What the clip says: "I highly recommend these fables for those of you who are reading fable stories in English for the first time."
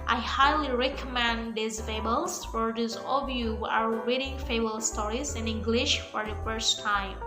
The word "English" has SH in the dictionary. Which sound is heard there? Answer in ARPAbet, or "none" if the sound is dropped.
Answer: SH